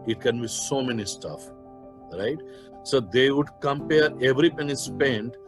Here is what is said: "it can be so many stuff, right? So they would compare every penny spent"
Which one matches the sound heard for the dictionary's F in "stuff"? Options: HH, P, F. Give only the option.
F